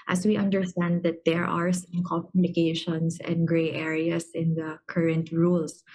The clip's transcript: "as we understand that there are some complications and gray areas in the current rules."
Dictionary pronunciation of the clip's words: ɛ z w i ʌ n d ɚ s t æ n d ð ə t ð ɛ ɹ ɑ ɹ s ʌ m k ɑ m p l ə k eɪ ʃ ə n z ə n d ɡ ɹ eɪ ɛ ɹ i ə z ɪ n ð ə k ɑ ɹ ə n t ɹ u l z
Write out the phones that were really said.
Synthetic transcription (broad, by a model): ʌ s w i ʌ n d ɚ s t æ n d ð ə t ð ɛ ɹ ɑ ɹ s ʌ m k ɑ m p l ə k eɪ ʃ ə n s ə n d ɡ ɹ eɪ ɛ ɹ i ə s ɪ n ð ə k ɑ ɹ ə n t ɹ u l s